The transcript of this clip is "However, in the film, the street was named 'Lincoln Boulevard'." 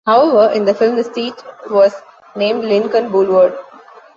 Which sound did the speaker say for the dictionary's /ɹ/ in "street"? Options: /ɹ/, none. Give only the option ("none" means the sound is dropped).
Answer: none